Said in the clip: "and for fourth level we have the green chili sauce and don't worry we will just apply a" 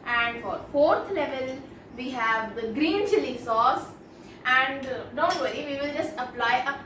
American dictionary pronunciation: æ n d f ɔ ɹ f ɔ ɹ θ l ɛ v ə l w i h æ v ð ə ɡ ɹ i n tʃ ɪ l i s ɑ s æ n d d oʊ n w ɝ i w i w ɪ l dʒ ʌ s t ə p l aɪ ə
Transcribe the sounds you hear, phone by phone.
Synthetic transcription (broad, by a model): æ n d f ɔ ɹ f ɔ ɹ t l ɛ v ə l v i h æ v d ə ɡ ɹ i n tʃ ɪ l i s ɑ s æ n d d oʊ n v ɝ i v i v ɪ l dʒ ʌ s t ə p l aɪ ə